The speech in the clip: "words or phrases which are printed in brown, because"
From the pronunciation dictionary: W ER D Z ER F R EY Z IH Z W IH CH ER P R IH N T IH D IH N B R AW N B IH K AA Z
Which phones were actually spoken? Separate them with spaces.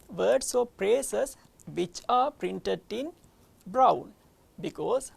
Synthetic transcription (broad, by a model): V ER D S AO P R EY S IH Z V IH CH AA P R IH N T IH D IH N B R AW N B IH K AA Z